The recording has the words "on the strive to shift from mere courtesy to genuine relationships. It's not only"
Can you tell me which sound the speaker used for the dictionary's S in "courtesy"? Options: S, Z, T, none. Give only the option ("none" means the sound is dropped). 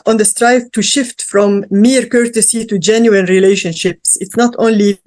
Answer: S